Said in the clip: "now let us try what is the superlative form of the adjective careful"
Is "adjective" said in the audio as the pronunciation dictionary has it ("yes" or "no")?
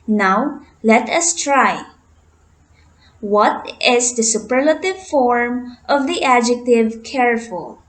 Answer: yes